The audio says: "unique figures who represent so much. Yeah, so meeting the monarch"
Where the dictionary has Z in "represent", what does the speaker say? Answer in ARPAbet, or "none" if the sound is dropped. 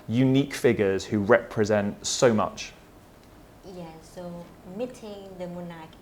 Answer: Z